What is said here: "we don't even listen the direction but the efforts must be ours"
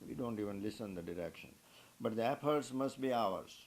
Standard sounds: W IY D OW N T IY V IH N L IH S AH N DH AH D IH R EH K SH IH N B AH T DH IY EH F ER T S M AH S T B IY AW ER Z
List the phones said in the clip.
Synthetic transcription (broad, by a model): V IY D OW N T IY V IH N L IH S AH N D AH D IH R EH K SH IH N B AH T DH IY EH P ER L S M AH S T B IY AW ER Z